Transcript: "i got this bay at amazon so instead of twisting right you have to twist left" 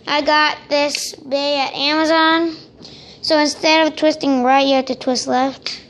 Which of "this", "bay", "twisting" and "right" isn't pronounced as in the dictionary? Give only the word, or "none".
none